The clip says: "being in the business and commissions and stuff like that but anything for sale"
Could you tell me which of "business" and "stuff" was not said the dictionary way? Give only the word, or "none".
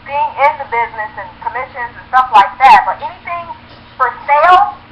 none